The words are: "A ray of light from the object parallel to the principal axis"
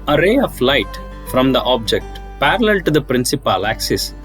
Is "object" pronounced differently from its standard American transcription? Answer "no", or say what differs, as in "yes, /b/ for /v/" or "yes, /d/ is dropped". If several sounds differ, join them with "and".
no